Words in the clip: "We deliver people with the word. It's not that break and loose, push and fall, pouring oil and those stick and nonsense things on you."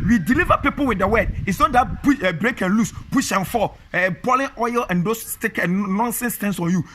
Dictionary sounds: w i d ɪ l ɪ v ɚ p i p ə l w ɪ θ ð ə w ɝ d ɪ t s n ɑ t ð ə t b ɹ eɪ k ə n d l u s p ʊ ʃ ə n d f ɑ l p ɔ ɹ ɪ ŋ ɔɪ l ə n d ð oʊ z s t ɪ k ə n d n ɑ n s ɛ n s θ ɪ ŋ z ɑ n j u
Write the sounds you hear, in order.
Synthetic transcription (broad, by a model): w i d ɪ l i v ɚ p i p ə l w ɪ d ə w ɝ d ɪ t s n ɑ t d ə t b ɹ eɪ k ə n l u s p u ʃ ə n f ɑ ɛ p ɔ l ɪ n ɔɪ l ə n d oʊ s t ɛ k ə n n ɑ n s ɛ n s t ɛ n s ɑ n j u